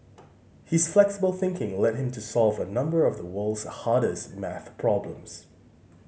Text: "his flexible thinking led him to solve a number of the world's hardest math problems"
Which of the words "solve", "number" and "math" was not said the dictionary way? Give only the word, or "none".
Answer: none